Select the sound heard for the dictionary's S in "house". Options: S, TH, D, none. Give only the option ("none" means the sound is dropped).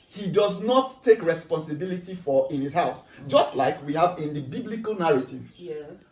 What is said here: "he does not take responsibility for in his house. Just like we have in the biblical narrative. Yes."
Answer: TH